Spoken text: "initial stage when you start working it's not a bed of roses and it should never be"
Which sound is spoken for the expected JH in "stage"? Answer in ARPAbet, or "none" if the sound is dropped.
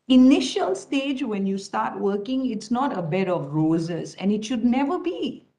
JH